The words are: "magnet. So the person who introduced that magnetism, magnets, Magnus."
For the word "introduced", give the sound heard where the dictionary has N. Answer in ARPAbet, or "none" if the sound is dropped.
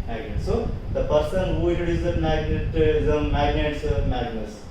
none